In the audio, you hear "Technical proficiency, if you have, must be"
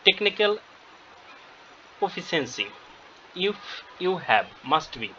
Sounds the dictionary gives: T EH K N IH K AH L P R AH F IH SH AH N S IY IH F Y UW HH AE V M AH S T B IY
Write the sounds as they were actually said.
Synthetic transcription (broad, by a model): T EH K N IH K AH L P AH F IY S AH N S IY IH F Y UW HH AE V M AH S T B IY